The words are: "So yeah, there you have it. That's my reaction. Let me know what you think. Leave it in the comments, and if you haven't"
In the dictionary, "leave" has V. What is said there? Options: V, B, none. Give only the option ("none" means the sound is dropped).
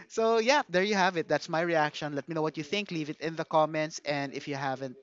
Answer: V